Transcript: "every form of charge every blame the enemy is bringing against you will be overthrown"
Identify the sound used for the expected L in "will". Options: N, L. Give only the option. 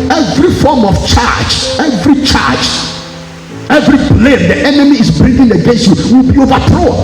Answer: L